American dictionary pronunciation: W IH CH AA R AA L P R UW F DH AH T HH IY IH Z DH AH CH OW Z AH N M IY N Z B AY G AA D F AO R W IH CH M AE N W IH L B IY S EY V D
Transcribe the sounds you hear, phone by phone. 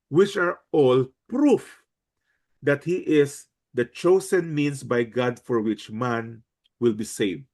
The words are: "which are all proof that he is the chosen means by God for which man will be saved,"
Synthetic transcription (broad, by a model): W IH CH AA R AA L P R UW F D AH T HH IY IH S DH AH CH OW S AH N M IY N S B AY G AA D F AO R W IH CH M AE N W IH L B IY S EY V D